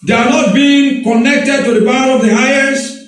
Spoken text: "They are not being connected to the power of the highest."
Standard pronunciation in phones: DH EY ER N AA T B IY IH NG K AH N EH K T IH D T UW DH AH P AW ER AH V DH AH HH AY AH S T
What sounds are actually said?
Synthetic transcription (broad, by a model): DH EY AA N AA T B IY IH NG K AH N EH K T IH D T UW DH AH B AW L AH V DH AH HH AY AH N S